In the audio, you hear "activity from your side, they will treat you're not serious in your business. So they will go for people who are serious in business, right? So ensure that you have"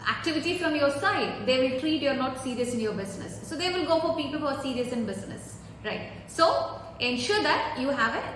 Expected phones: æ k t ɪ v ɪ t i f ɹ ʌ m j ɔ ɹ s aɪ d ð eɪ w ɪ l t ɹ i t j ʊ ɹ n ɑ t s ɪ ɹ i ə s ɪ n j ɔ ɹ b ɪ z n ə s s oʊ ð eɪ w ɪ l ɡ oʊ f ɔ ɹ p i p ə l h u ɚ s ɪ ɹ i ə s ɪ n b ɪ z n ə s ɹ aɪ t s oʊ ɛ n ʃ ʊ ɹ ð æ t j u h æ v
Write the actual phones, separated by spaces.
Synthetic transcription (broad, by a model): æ k t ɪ v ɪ t i f ɹ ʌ m j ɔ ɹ s aɪ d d eɪ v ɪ l t ɹ i t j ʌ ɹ n ɑ t s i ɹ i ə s ɪ n j ɔ ɹ b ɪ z n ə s s oʊ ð eɪ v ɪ l ɡ oʊ f ɔ ɹ p i p ə l h u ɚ s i ɹ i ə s ɪ n b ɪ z n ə s ɹ aɪ t s oʊ ɛ n ʃ ʊ ɹ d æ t j u h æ v